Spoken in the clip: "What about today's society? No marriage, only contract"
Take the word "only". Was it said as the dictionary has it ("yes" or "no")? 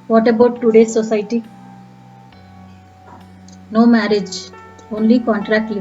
yes